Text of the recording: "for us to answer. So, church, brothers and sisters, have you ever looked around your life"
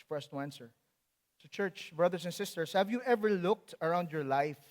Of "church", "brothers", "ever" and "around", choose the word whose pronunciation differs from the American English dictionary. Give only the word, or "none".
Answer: brothers